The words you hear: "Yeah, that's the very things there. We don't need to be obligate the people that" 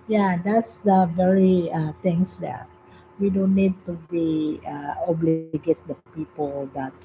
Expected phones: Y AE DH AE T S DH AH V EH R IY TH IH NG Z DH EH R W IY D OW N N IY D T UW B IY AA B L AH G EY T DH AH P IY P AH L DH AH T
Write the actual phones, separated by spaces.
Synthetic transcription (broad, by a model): Y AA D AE T S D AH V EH R IY T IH NG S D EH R W IY D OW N N IY D T UW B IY AA B L AH G EY T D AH P IY P AH L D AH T